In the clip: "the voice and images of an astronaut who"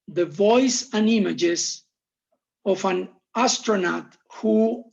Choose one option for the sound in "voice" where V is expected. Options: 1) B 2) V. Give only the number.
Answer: 2